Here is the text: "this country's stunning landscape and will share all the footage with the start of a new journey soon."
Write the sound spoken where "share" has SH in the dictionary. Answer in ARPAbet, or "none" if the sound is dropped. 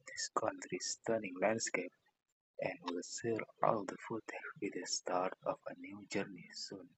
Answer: S